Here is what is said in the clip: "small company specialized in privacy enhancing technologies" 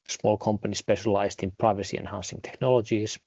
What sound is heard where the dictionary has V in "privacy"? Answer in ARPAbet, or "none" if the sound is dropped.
V